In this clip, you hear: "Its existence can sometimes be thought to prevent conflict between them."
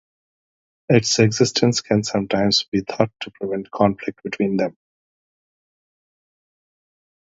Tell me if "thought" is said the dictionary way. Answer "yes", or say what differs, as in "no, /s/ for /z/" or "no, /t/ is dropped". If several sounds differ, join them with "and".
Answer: no, /t/ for /θ/